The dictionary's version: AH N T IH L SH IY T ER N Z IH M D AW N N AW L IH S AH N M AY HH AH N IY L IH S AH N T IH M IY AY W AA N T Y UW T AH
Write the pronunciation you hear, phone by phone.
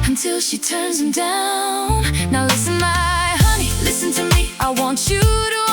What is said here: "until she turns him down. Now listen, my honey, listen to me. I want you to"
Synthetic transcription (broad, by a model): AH N T IH L SH IY T ER N Z IH M D AW N N AW L IH S AH N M AY HH AH N IY L IH S AH N T IH M IY AY W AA N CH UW T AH